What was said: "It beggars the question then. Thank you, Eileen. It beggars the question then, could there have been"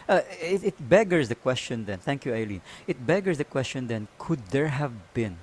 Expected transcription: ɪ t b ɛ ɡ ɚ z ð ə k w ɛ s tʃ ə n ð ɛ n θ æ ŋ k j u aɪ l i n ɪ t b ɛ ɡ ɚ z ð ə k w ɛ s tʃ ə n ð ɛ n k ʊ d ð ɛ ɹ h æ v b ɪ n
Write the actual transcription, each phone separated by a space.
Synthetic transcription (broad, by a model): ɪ t b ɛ ɡ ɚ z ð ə k w ɛ s tʃ ə n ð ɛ n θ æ ŋ k j u aɪ l i n ɪ t b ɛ ɡ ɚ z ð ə k w ɛ s tʃ ə n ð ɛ n k ʊ d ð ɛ ɹ h æ v b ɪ n